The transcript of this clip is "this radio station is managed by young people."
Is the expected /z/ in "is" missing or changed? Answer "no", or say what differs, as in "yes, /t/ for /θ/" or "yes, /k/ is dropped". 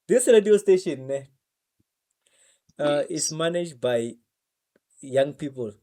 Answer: yes, /s/ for /z/